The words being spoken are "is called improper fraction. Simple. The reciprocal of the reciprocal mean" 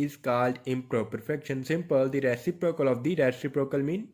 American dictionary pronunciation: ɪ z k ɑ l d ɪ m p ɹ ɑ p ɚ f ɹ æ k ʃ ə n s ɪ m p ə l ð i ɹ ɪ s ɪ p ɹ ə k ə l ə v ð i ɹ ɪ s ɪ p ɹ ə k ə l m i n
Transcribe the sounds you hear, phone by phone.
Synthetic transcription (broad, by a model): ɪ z k ɑ l d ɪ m p ɹ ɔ p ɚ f ɛ k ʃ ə n s ɪ m p ə l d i ɹ ɪ s ɪ p ɹ ə k ə l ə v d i ɹ ɪ s ɪ p ɹ ə k ə l m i n